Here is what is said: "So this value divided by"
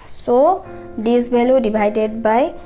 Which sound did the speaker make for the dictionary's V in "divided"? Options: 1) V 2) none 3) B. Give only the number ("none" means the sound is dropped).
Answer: 3